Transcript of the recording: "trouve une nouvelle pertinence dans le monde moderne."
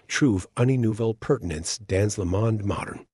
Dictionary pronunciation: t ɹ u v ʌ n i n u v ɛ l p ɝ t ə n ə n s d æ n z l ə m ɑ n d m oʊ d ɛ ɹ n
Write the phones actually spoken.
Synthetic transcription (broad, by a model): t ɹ u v ʌ n i n u v l p ɝ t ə n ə n s d æ n z l ə m ɑ n d m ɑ d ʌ ɹ n